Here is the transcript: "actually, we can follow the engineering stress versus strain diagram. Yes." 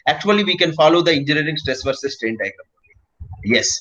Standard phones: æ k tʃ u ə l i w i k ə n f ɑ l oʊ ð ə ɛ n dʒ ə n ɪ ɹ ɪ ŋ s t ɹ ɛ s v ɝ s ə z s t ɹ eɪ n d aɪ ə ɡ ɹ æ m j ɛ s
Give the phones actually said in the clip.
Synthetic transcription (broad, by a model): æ k tʃ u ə l i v i k ə n f ɑ l oʊ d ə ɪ n dʒ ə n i ɹ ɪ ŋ s t ɹ ɛ s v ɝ s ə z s t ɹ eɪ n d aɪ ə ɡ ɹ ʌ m j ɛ s